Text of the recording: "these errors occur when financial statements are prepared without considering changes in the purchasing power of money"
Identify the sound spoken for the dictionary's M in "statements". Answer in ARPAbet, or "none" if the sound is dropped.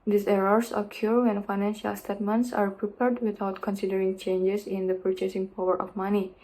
M